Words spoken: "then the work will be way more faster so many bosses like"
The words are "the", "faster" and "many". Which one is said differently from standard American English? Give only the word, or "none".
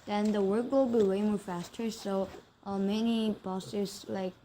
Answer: none